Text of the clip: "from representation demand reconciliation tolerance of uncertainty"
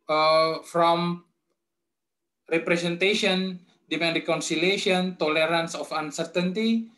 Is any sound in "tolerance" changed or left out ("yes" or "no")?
no